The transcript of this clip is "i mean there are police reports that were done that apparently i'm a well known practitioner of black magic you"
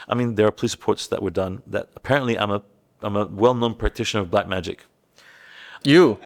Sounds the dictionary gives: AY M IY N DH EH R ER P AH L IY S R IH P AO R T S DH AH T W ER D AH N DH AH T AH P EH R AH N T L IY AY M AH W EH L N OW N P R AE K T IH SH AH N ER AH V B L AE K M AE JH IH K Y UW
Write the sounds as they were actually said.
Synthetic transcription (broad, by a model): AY M IY N DH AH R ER P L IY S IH P AO R T S DH AH T W ER D AH N DH AH T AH P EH R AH N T L IY AY M AH W EH L N OW N P R AE K T IH SH AH N ER AH V B L AE K M AE JH IH K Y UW